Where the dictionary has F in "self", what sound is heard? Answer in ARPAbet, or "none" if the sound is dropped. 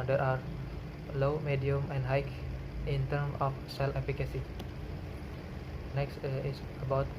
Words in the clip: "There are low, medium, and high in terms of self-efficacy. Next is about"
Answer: none